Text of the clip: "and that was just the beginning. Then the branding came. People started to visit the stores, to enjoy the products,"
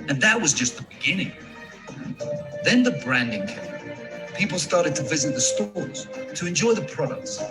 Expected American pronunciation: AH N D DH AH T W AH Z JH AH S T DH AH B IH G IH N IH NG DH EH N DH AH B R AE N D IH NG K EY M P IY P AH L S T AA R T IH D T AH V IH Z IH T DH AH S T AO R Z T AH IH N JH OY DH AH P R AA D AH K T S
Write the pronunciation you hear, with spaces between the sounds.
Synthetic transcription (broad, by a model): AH N DH AH T W AH Z JH AH S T DH AH B IH G IH N IH NG DH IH N DH AH B R AE N D IH NG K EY P IY P L S T AA R T IH D T AH V IH Z IH T DH AH S T AO R Z T AH IH N JH OY DH AH P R AA D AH K T S